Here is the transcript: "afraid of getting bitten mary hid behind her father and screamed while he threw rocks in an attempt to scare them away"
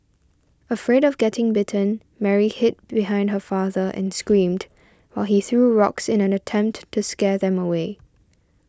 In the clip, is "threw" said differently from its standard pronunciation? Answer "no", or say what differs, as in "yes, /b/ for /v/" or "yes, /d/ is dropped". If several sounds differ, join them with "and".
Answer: no